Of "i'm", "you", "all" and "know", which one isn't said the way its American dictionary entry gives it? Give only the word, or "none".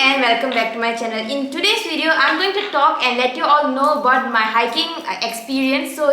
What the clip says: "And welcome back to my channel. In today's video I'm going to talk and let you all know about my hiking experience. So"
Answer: none